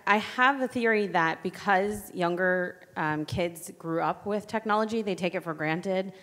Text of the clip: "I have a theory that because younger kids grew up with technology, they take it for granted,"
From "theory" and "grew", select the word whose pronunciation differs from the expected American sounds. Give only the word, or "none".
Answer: none